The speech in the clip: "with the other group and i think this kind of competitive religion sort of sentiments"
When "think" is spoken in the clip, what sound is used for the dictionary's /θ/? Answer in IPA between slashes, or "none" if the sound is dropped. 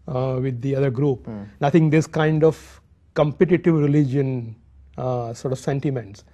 /t/